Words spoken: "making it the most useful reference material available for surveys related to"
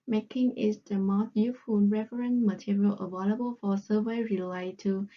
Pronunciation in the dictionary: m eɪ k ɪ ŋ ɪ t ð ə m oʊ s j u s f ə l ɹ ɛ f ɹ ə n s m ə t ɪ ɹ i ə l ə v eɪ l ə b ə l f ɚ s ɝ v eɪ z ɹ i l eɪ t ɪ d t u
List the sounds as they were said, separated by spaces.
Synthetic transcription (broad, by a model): m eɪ k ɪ ŋ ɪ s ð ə m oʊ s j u f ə n ɹ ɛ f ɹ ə n m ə t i ɹ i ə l ə v eɪ l ə b ə l f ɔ s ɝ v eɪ ɹ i l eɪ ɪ t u